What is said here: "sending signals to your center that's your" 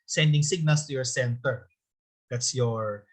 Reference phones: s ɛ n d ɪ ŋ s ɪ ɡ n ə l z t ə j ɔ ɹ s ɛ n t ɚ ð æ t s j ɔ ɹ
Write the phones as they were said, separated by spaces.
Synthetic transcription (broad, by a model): s ɛ n d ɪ ŋ s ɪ ɡ n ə l s t ə j ɔ ɹ s ɛ n t ɚ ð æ t s j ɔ ɹ